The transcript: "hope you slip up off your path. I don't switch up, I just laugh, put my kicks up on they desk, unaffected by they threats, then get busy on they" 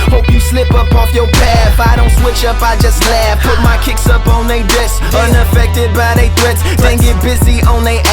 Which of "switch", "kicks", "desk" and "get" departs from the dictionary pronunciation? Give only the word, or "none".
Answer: desk